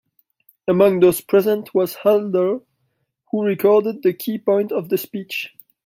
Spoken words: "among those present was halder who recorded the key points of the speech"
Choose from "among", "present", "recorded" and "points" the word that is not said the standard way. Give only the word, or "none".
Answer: points